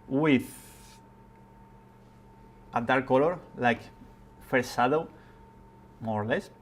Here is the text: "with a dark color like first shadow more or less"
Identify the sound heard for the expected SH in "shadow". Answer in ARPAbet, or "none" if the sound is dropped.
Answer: S